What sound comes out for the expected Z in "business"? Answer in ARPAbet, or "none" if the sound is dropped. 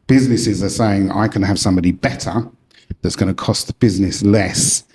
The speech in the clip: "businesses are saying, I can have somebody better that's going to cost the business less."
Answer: Z